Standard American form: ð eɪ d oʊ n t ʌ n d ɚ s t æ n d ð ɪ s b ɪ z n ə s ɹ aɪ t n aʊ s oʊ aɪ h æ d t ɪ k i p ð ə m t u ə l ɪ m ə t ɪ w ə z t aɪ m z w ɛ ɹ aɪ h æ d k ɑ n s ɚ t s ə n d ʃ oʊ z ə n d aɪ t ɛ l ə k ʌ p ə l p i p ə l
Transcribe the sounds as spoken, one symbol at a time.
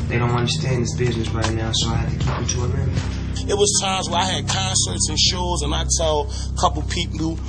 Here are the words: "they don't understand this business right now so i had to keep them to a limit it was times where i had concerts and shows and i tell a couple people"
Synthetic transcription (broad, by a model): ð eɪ d oʊ n t ʌ n d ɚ s t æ n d ð ɪ s b ɪ z n ə s ɹ aɪ t n aʊ s oʊ aɪ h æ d t ɪ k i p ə t u ə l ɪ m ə t w ə z t aɪ m z w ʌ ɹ aɪ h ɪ d k ɑ n s ɚ t s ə n ʃ oʊ z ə n aɪ t ɛ l k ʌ p l p i p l